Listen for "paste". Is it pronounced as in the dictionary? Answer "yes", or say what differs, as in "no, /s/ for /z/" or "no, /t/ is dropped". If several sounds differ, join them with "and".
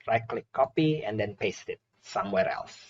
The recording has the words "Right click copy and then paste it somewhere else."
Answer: yes